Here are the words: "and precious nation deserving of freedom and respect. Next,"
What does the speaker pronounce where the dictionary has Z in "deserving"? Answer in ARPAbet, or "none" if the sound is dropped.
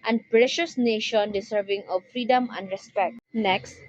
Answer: S